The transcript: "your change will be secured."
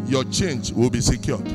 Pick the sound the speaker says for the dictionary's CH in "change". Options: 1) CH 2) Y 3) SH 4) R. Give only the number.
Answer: 1